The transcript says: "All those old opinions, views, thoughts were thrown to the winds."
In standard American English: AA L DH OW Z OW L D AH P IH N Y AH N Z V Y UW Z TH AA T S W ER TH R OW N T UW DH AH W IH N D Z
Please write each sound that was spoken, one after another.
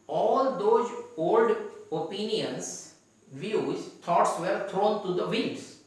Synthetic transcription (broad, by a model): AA L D OW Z OW L D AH P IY N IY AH N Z V Y UW Z T AA T S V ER T R OW N T UW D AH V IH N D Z